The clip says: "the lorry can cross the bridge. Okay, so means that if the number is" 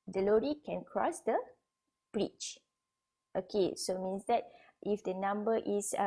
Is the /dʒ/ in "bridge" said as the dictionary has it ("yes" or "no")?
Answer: no